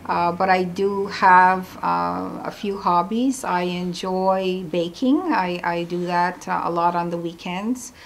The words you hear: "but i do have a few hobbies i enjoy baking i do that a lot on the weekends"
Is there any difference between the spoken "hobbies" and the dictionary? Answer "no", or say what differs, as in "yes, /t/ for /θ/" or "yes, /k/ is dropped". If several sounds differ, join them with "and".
no